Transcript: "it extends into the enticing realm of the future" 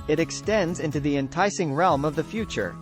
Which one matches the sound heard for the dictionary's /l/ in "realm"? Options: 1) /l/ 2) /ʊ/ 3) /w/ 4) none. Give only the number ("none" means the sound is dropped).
1